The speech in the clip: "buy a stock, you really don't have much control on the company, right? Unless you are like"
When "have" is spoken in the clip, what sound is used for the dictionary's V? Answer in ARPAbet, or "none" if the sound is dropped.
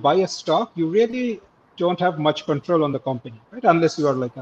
V